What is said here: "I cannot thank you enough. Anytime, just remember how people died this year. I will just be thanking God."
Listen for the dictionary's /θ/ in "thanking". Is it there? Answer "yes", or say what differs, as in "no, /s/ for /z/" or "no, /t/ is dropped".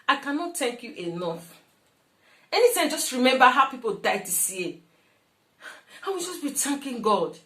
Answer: no, /t/ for /θ/